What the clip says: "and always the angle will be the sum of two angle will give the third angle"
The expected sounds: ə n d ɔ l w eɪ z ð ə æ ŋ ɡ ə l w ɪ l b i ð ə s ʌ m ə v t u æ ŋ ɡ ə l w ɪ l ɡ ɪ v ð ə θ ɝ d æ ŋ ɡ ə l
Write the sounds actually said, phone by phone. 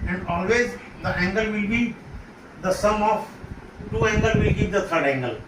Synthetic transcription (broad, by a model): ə n d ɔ l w eɪ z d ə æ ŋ ɡ ə l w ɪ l b i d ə s ʌ m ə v t u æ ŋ ɡ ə l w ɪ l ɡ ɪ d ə t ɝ d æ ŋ ɡ ə l